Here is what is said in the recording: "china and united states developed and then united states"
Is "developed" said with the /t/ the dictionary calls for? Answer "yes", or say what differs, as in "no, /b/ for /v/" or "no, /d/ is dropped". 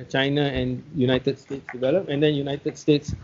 no, /t/ is dropped